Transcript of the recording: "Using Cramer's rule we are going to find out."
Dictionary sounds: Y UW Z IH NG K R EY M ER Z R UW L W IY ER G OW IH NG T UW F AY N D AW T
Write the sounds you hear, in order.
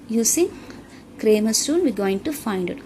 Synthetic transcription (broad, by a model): Y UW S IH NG K R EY M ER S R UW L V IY G OW IH NG T UW F AY N D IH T